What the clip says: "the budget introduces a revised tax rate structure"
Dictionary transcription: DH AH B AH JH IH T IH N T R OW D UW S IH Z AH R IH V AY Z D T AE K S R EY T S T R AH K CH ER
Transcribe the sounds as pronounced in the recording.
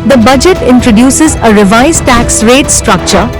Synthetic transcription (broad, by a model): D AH B AH JH IH T IH N T R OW D UW S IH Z AH R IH V AY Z T AE K S R EY T S T R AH K CH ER